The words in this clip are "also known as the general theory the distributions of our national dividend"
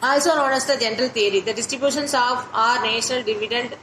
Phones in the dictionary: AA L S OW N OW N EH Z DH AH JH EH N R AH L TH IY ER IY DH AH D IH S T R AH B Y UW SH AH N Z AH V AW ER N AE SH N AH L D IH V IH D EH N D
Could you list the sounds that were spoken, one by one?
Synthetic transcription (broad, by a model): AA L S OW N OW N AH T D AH JH EH N R AH L T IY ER IY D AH D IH S T R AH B Y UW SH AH N S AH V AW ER N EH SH N AH L D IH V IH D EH N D